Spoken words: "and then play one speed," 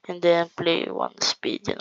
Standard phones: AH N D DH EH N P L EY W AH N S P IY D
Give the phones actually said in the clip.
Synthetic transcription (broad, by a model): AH N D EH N P L EY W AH N S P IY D